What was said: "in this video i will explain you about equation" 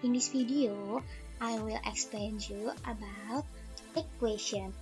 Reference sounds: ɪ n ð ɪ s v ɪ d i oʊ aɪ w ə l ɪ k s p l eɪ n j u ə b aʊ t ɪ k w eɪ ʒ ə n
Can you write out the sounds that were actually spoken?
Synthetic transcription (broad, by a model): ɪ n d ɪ s f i d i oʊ aɪ w ə l ɪ k s p l eɪ n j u ə b aʊ t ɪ k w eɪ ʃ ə n